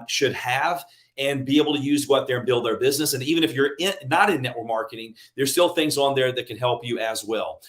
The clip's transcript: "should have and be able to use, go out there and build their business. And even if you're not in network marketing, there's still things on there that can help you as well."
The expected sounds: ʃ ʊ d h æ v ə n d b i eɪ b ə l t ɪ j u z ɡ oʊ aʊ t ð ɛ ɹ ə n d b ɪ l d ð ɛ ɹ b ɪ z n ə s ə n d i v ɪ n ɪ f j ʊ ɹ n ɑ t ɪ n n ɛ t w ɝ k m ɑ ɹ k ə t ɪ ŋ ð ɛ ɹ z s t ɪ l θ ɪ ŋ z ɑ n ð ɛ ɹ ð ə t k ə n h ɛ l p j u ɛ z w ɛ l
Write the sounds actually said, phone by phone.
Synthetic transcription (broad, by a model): ʃ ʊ d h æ v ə n b i eɪ b l t ɪ j u z ɡ oʊ aʊ t ð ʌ ɹ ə n b ɪ l d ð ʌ ɹ b ɪ z n ə s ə n i v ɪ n ɪ f j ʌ ɹ n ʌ t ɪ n n ɛ t w ɝ k m ɑ ɹ k ə t ɪ ŋ ð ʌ ɹ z s t ɪ l θ ɪ ŋ z n ð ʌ ɹ ð ə t k ə n h ɛ l p j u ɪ z w ɛ l